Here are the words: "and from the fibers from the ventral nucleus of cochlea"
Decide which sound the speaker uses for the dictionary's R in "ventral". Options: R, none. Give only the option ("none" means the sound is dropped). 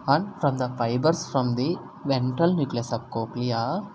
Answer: none